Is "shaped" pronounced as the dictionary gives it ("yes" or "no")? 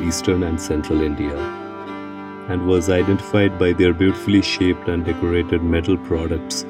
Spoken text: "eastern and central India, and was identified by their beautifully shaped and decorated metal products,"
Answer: yes